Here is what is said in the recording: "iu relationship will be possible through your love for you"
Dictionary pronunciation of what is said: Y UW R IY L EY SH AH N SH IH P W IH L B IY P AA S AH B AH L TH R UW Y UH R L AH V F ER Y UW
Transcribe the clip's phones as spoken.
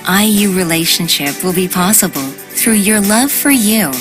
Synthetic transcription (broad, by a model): Y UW R IY L EY SH AH N SH IH P W IH L B IY P AA S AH B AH L TH R UW Y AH R L AH V F ER Y UW